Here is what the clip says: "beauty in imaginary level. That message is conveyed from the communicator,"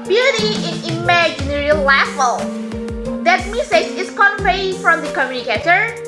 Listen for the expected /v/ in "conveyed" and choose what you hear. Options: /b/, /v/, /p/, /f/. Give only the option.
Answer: /p/